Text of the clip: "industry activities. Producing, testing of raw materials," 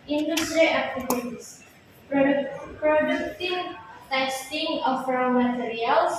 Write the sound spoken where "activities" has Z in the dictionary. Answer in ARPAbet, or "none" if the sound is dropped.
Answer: S